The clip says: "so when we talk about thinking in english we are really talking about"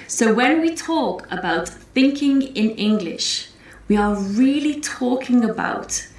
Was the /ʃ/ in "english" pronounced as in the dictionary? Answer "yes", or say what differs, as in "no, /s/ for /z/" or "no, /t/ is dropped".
yes